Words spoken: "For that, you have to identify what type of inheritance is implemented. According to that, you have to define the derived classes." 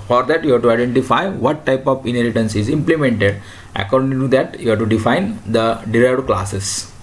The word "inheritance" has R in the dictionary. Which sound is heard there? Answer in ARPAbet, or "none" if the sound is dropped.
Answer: L